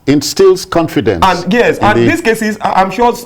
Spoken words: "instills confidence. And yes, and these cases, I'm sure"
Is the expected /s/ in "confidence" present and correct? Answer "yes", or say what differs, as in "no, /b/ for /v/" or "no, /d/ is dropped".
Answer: no, /s/ is dropped